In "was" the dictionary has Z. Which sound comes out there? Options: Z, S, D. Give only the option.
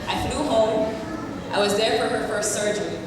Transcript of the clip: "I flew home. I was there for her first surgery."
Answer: Z